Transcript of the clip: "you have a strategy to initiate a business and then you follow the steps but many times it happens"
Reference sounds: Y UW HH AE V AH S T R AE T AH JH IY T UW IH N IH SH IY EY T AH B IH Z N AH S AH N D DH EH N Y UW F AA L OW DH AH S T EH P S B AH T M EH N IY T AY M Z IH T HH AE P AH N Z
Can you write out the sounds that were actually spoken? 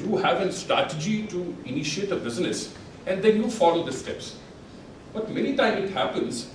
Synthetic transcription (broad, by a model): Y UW HH AE V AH S T R AE T AH JH IY T UW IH N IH SH IY EY T AH B IH Z N AH S AH N D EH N Y UW F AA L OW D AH S T EH P S B AH T M EH N IY T AY M IH T HH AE P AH N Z